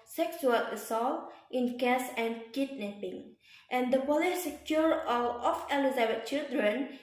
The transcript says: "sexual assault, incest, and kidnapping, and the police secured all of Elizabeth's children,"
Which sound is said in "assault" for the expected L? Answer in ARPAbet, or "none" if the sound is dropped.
L